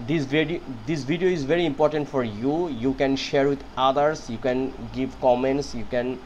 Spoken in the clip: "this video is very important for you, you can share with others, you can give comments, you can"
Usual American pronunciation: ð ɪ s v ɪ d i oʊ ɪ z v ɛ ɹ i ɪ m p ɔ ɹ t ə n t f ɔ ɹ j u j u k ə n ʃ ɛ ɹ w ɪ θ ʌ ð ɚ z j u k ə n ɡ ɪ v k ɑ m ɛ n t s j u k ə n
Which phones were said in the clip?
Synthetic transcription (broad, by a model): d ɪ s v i d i oʊ ɪ z v ɛ ɹ i ɪ m p ɔ ɹ t ə n t f ɔ ɹ j u j u k ə n ʃ ɛ ɹ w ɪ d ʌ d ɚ s j u k ə n ɡ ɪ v k ɑ m ɛ n t s j u k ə n